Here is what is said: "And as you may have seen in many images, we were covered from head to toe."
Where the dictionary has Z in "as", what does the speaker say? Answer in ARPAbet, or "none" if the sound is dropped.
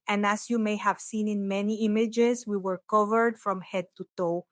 S